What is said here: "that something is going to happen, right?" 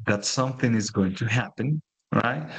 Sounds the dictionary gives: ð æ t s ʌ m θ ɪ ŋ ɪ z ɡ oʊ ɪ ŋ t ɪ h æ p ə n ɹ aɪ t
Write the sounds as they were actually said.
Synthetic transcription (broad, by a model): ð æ t s ʌ m θ ɪ ŋ ɪ z ɡ oʊ ɪ ŋ t ɪ h æ p ə n ɹ aɪ t